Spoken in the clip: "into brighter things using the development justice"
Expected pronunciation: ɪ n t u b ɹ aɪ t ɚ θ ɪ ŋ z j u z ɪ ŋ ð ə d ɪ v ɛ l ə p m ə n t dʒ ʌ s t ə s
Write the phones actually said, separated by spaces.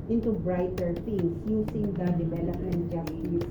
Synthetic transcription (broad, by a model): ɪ n t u b ɹ aɪ t ɚ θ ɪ ŋ s j u s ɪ ŋ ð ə d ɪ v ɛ l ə p m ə n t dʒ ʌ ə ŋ